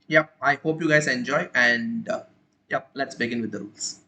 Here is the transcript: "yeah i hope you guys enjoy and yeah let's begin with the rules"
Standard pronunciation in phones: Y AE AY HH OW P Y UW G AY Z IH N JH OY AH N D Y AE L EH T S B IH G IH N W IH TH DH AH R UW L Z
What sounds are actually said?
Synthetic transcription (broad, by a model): Y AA AY HH OW P Y UW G AY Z IH N JH OY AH N D Y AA L EH T S B IH G IH N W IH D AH R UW L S